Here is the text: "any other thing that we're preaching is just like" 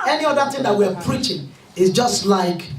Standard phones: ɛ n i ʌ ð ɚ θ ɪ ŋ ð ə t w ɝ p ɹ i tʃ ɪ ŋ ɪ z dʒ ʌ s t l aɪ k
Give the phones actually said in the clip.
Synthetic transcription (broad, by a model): ɛ n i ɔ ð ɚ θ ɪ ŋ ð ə t w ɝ p ɹ i tʃ ɪ ŋ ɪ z dʒ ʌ s t l aɪ k